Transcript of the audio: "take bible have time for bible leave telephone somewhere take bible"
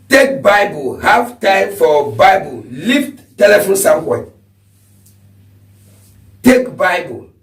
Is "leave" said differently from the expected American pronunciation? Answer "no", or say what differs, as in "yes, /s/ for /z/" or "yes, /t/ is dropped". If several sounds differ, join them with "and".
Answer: yes, /f/ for /v/